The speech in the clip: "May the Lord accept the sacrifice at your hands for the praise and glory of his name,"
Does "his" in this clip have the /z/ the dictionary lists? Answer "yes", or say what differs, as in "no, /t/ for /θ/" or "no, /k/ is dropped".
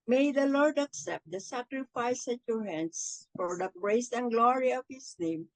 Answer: no, /s/ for /z/